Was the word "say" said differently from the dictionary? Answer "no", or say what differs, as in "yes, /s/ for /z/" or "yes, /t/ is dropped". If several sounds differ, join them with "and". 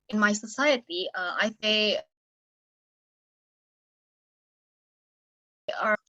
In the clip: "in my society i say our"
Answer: yes, /θ/ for /s/